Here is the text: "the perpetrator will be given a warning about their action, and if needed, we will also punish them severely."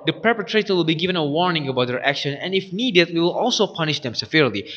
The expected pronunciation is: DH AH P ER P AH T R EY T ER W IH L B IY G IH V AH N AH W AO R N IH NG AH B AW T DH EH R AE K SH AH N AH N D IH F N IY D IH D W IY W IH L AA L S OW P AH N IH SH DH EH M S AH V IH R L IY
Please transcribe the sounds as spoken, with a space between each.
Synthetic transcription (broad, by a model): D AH P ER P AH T R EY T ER W IH L B IY G IH V AH N AH W AO R N IH NG AH B AW T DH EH R AE K SH AH N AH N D IH F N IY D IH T W IY W IH L AA L S OW P AH N IH SH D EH M S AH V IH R L IY